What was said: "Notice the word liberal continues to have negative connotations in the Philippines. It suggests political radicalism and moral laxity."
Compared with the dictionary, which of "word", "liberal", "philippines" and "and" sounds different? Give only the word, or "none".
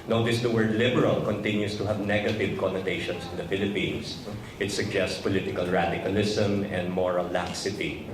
philippines